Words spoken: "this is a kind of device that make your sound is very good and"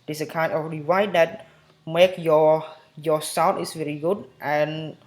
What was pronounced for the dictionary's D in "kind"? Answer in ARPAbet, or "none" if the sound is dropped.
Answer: none